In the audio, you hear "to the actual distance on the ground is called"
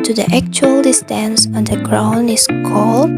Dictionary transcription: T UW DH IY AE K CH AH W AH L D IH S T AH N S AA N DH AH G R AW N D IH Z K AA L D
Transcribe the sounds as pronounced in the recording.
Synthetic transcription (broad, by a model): T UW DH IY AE K CH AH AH L D IH S T AH N S AA N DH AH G R AW N IH S K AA L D